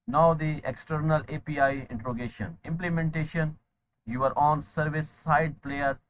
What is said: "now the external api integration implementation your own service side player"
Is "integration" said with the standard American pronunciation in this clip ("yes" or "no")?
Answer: no